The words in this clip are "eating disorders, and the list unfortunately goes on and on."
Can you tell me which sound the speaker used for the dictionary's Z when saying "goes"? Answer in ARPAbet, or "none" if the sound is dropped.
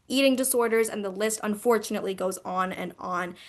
Z